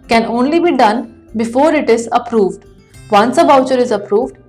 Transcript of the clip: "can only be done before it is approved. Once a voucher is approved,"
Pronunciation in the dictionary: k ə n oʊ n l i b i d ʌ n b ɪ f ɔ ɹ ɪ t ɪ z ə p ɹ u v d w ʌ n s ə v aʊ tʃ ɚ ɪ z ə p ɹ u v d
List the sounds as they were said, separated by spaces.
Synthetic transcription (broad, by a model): k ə n oʊ n l i b i d ʌ n b ɪ f ɔ ɹ ɪ t ɪ z ə p ɹ u v d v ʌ n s ə b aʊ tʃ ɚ ɪ z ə p ɹ u v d